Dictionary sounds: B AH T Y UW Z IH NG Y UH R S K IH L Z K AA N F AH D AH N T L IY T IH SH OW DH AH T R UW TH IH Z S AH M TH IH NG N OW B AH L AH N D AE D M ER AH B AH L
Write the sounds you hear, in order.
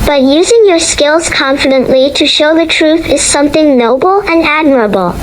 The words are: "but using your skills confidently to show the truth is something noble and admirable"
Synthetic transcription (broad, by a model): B AH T Y UW Z IH NG Y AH R S K IH L Z K AA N F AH D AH N T L IY T IH SH OW DH AH T R UW TH IH Z S AH M TH IH NG N OW B L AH N AE D M ER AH B L